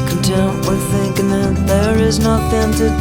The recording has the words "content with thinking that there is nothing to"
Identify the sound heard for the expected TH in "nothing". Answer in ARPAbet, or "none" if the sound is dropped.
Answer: T